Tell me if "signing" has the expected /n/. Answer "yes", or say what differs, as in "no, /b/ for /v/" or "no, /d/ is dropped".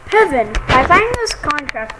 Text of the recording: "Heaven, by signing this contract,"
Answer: no, /n/ is dropped